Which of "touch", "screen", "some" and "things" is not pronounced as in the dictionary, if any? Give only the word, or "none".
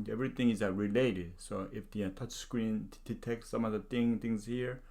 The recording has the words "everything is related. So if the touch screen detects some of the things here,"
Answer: things